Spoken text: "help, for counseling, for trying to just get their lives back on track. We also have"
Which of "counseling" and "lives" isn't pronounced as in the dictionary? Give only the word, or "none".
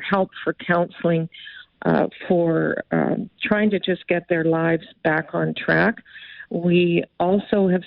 none